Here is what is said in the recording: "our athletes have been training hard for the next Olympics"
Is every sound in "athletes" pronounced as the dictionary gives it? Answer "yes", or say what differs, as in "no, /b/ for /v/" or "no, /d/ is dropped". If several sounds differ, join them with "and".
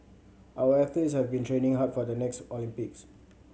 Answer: no, /l/ is dropped